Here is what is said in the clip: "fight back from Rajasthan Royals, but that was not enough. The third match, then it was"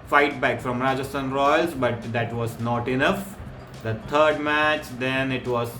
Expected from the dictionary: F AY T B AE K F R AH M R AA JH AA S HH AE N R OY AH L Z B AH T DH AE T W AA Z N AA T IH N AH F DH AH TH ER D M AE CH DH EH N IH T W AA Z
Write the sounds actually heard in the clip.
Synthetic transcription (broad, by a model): F AY T B AE K F R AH M R AA JH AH S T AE N R OY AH L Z B AH T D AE T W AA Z N AA T IH N AH F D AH T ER D M AE CH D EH N IH T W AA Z